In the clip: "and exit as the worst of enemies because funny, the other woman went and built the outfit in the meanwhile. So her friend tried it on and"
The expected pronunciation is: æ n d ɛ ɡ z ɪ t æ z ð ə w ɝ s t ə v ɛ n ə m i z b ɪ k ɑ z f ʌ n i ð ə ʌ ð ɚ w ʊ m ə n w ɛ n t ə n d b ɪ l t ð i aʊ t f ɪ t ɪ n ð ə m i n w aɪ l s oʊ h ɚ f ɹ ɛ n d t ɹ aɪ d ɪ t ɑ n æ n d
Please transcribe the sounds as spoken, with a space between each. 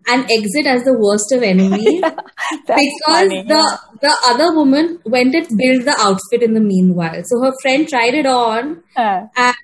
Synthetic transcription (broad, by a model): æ n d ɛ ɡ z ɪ t æ z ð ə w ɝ s t ə v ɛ n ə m i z b ɪ k ɑ z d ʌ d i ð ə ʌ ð ɚ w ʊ m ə n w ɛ n t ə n b ɪ l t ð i aʊ t f ɪ t ɪ n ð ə m i n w aɪ l s oʊ h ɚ f ɹ ɛ n d t ɹ aɪ d ɪ t ɑ n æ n